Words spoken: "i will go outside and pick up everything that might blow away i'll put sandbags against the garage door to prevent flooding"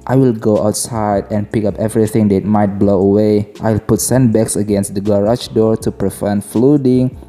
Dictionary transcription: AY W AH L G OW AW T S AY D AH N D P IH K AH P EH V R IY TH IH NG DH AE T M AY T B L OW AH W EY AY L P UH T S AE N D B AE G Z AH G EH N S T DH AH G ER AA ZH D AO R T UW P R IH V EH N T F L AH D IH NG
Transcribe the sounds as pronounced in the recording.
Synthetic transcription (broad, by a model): AY W AH L G OW AW T S AY D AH N P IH K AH P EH V R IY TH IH NG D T M AY T B L OW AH W EY AY L P UH T S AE N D B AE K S AH G EH N S T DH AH G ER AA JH D AO R T UW P R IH F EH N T F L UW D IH NG